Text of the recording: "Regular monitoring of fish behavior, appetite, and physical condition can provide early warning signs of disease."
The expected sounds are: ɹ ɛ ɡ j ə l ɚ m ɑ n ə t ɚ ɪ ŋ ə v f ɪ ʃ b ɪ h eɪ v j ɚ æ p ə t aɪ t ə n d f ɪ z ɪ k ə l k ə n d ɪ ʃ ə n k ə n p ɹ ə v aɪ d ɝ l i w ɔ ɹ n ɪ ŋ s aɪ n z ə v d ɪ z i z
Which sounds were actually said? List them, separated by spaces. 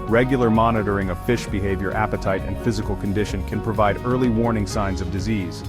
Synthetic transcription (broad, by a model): ɹ ɛ ɡ j l ɚ m ɑ n ə t ɚ ɪ ŋ ə v f ɪ ʃ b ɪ h eɪ v j ɚ æ p ə t aɪ t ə n f ɪ z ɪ k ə l k ə n d ɪ ʃ ə n k ə n p ɹ ə v aɪ d ɝ l i w ɔ ɹ n ɪ ŋ s aɪ n z ə v d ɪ z i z